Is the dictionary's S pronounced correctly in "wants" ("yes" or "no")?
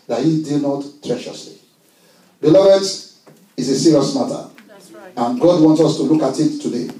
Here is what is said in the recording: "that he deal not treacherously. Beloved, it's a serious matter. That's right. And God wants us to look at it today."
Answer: yes